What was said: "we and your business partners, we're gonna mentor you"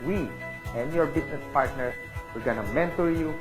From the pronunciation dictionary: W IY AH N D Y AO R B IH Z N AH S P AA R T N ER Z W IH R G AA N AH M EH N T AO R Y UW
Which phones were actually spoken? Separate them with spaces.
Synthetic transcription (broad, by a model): W IY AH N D Y AO R B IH S N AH S P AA R T N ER W IH R G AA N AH M EH N T AO R Y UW